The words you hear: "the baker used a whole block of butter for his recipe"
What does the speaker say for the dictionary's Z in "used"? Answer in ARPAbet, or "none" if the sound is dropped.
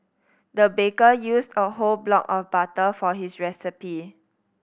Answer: S